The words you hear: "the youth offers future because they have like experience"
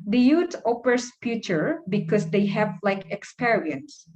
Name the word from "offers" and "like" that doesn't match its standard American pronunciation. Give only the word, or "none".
offers